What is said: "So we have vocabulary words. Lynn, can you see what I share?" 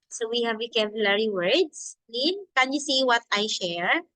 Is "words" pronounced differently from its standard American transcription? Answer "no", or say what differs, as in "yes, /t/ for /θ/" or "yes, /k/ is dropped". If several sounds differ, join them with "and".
yes, /s/ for /z/